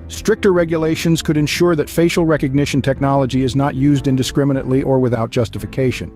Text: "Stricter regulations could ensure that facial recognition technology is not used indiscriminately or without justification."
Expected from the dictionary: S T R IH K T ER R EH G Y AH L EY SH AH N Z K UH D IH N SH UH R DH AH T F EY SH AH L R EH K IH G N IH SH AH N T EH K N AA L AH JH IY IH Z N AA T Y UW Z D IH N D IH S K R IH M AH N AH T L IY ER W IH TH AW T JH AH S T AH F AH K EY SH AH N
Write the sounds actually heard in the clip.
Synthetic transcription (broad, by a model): S T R IH K T ER R EH G Y AH L EY SH AH N Z K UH D IH N SH UH R DH AH T F EY SH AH L R EH K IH G N IH SH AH N T EH K N AA L AH JH IY IH Z N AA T Y UW Z D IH N D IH S K R IH M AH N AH T L IY ER W IH TH AW T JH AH S T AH F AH K EY SH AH N